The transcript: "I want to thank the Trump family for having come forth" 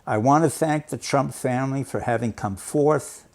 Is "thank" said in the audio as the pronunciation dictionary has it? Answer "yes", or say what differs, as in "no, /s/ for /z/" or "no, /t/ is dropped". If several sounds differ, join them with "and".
yes